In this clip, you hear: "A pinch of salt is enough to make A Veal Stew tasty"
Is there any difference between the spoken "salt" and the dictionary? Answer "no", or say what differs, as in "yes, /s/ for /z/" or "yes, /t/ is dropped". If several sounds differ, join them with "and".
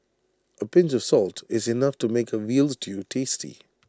no